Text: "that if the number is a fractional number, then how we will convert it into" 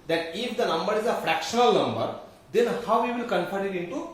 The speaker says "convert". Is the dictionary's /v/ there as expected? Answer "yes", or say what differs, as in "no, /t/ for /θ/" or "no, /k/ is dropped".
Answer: no, /f/ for /v/